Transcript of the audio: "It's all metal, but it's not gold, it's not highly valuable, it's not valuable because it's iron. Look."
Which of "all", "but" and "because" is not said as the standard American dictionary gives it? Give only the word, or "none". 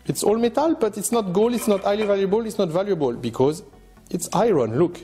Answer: none